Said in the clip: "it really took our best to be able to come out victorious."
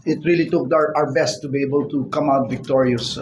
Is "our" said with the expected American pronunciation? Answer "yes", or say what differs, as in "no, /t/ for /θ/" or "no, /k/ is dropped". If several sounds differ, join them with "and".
yes